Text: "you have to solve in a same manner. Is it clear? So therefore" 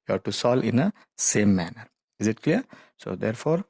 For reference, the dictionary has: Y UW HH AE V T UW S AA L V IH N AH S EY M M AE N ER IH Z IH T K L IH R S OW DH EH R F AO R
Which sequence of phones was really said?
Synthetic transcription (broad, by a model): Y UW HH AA T UW S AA L IH N AH S EY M M AE N ER IH Z IH T K L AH R S OW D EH R F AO R